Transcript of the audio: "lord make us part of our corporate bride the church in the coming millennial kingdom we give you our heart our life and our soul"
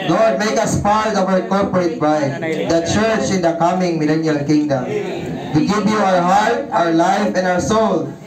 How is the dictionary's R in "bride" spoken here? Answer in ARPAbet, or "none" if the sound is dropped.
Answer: none